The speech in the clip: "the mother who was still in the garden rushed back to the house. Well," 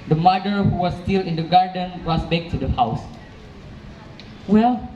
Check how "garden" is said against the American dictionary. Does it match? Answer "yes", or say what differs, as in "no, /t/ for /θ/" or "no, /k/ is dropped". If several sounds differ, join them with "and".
yes